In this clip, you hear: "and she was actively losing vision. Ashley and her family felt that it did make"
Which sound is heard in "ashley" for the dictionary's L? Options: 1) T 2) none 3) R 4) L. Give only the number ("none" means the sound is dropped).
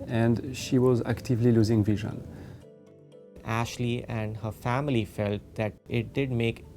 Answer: 4